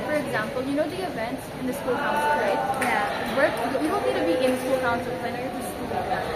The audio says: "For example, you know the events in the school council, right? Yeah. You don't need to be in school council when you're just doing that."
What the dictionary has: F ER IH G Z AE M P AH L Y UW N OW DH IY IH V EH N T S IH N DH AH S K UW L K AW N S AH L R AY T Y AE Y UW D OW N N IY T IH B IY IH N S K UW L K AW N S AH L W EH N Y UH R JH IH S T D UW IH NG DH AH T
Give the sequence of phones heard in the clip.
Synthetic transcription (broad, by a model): F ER IH G Z AE M P AH L Y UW N OW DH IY IH V EH N T S IH N DH AH S K UW L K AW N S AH R AY T Y AE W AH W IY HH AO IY T IH B IY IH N S K UW L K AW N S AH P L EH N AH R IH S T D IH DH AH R